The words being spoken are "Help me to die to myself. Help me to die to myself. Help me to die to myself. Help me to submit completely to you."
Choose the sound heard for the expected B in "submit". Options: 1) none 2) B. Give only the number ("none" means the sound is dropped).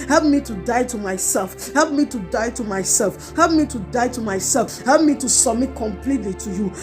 1